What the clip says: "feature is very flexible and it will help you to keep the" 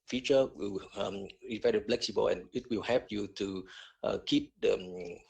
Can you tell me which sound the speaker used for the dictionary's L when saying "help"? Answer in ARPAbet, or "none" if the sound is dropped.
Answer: none